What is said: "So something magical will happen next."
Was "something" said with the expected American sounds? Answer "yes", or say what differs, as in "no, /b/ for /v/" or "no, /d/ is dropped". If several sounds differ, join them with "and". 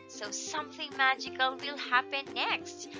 yes